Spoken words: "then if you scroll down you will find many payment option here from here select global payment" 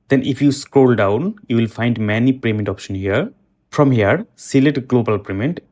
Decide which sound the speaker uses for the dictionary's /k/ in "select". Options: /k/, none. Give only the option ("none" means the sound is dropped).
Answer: none